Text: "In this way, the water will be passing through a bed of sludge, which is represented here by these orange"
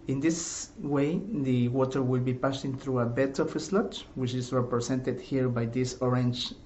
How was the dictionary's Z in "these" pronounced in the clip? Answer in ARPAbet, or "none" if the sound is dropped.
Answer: S